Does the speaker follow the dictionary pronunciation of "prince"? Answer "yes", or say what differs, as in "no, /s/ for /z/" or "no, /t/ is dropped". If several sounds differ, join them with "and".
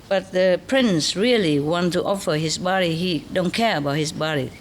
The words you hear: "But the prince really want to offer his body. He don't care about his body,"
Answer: yes